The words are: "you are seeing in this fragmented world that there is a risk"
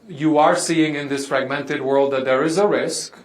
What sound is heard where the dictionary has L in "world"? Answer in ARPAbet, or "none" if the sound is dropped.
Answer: L